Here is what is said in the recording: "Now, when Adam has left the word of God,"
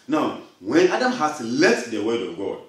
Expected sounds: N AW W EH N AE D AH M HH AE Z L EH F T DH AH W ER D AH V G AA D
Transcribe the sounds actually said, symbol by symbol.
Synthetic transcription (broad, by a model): N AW W EH N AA D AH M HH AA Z L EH T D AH W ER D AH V G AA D